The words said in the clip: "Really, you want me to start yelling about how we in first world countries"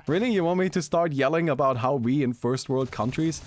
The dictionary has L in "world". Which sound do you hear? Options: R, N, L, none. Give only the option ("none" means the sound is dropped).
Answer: L